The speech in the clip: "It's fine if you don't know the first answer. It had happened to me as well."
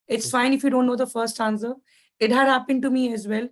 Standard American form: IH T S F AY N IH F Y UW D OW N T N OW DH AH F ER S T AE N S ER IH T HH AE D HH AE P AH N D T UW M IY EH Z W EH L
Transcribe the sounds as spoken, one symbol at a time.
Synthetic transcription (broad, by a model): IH T S F AY N IH F Y UW D OW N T N OW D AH F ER S T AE N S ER IH T HH AE D HH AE P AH N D T UW M IY EH Z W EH L